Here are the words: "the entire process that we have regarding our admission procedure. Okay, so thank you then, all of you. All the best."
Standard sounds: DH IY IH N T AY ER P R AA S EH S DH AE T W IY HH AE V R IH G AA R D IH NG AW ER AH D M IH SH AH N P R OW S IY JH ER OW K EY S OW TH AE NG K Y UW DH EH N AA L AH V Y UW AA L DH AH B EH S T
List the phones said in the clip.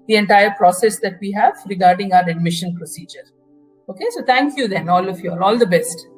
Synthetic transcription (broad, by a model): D IY IH N T AY ER P R AA S EH S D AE T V IY HH AE V R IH G AA R D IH NG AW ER AH D M IH SH AH N P R OW S IY JH ER OW K EY S OW T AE NG K Y UW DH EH N AA L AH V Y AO AA L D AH B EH S T